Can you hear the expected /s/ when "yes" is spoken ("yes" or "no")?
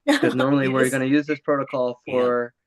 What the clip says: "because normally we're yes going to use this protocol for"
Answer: no